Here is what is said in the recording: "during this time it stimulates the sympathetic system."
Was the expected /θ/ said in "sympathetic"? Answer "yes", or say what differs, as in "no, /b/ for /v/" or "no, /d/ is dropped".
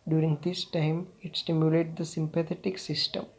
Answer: no, /t/ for /θ/